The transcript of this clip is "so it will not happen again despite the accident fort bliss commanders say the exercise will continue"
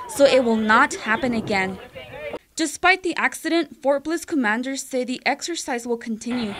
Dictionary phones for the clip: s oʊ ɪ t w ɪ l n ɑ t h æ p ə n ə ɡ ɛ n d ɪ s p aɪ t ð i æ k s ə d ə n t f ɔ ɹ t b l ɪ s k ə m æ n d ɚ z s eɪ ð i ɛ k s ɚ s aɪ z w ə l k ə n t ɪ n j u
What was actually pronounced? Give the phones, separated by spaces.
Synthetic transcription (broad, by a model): s oʊ ɪ t w ɪ l n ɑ t h æ p ə n ə ɡ ɛ n d ɪ s p aɪ t ð i æ k s ə d ə n t f ɔ ɹ t b l ɪ s k ə m æ n d ɚ z s eɪ ð i ɛ k s ɚ s aɪ z w ə l k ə n t ɪ n j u